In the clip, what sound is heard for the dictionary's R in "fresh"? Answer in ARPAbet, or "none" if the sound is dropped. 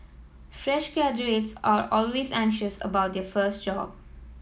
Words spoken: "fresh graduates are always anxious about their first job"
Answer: R